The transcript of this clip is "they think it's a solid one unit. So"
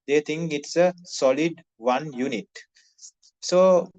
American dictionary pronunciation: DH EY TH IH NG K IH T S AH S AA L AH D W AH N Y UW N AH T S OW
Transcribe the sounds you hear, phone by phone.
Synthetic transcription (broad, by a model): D EY T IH NG K IH T S AH S AA L AH D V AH N Y UW N AH T S OW